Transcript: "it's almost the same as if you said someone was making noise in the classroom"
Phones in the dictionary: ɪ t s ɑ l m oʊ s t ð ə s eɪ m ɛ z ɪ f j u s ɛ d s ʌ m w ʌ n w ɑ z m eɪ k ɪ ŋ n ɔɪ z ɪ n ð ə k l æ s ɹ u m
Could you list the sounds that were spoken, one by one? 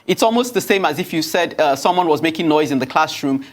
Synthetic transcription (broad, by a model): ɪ t s ɑ l m oʊ s t ð ə s eɪ m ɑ z ɪ f j u s ɛ d s ʌ m w ʌ n w ɑ z m eɪ k ɪ ŋ n ɔɪ z ɪ n ð ə k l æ s ɹ u m